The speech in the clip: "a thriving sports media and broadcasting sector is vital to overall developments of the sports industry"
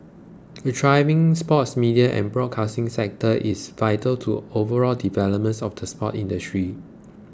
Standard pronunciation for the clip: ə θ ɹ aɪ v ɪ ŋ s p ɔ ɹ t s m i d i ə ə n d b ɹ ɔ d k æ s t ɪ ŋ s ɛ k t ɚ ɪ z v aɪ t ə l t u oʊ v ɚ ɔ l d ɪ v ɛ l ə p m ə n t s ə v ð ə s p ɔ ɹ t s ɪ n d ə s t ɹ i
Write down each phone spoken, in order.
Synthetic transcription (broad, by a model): ə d ɹ aɪ v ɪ ŋ s p ɔ t s m i d i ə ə n b ɹ ɔ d k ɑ s t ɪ ŋ s ɛ k t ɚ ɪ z v aɪ t ə l t u oʊ v ɚ ɔ l d ɪ v ɛ l ə p m ə n t s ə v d ə s p ɔ t ɪ n d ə s t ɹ i